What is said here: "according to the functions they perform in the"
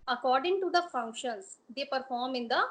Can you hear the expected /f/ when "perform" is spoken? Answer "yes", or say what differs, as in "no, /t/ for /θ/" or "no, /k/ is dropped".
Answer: yes